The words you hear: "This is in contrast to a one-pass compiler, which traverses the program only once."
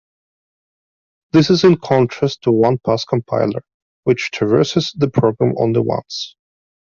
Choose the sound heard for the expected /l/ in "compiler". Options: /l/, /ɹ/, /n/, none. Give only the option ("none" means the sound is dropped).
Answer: /l/